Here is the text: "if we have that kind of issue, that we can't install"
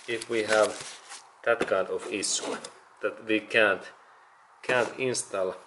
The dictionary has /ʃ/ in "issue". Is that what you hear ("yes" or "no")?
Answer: no